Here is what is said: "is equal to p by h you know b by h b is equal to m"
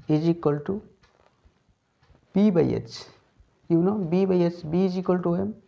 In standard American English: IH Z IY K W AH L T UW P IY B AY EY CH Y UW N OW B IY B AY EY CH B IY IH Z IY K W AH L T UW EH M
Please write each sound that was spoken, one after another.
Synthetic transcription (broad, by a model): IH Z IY K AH L T UW B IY B AY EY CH Y UW N OW B IY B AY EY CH B IY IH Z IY K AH L T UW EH M